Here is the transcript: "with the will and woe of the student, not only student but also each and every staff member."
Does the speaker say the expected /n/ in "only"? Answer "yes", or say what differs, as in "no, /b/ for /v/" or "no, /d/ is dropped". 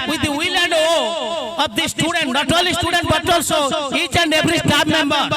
no, /n/ is dropped